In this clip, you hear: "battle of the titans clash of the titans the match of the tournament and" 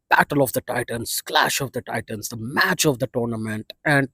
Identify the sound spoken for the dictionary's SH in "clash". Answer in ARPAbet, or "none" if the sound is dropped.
SH